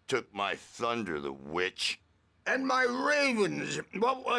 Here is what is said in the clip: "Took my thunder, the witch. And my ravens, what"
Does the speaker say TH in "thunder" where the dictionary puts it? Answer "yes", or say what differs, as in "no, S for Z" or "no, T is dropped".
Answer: yes